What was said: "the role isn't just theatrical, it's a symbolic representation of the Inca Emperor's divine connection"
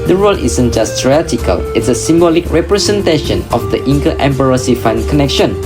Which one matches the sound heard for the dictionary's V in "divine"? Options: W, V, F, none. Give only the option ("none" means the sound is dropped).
F